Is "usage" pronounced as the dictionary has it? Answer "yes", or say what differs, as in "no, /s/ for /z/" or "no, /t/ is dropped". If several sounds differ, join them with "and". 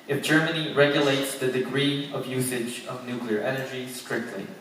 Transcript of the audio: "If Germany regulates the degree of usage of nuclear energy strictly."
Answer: yes